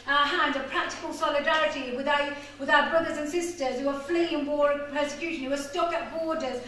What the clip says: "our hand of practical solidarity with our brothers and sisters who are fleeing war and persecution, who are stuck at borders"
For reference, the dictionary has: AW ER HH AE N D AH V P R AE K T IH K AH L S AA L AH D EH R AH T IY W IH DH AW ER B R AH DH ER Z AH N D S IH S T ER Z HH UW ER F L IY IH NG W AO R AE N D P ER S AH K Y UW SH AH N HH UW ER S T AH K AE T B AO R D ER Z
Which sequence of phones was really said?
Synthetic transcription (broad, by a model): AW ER HH AE N D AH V P R AE K T IH K AH L S AA L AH D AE R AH T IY W IH DH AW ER B R AH DH ER Z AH N S IH S T ER Z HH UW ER F L IY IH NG W AO R P ER S AH K Y UW SH AH N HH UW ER S T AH K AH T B AO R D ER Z